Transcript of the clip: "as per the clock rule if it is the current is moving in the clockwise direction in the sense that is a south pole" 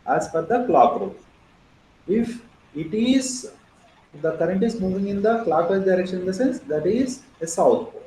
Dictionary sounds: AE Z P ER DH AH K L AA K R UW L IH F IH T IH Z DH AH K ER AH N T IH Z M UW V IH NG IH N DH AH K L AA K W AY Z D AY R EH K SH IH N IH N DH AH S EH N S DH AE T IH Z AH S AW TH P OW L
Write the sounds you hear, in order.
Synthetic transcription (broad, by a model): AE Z F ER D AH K L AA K R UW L IH F IH T IH Z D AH K ER AH N T IH Z M UW V IH NG IH N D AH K L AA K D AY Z D AY R EH K SH IH N IH N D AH S EH N S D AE T IH Z AH S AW T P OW